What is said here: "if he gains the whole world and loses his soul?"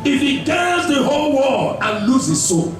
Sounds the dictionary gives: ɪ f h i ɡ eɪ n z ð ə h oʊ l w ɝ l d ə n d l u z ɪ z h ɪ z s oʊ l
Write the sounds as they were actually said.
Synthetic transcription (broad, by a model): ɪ f h i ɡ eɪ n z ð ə h oʊ l w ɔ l ə n l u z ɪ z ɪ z s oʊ